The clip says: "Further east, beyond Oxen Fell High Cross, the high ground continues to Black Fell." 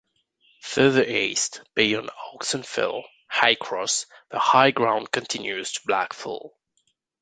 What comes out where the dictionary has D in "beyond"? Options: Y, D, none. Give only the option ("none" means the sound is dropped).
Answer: none